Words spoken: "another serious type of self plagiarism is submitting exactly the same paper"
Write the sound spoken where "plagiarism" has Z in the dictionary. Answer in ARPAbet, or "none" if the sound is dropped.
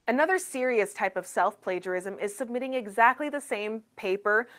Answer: Z